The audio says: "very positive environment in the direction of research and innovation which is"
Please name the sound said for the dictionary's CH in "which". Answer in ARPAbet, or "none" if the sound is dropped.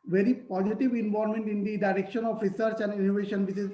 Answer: S